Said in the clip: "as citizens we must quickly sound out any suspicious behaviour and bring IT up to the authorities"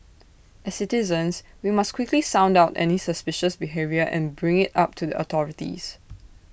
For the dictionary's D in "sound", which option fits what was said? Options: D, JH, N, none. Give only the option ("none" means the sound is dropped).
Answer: D